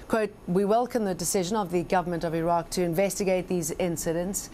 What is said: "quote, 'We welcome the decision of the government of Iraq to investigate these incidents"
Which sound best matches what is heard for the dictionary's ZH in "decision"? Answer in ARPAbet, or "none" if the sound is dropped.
ZH